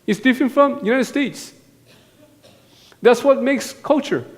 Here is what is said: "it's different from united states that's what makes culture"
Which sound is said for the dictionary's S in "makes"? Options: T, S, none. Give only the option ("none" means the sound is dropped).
S